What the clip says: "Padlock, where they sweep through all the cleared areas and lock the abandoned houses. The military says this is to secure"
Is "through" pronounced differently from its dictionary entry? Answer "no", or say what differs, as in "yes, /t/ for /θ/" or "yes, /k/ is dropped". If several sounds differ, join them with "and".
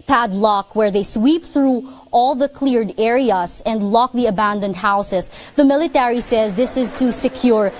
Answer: no